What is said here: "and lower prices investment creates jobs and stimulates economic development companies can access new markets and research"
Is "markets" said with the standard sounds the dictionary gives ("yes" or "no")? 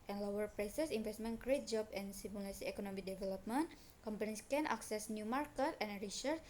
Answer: no